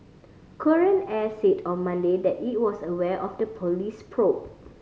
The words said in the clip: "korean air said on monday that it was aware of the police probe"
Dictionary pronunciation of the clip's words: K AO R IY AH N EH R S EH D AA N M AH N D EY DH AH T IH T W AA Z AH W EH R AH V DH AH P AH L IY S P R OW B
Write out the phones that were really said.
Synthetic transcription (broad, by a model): K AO R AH N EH S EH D AA N M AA N D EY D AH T IH T W AA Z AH W EH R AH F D AH P AH L IY S P R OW